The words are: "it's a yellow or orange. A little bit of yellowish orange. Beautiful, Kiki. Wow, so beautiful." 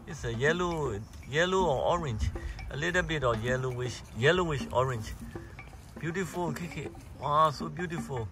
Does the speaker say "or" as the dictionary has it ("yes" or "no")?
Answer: no